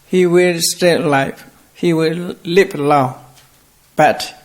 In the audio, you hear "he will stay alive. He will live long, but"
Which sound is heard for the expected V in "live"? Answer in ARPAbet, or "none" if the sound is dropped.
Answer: P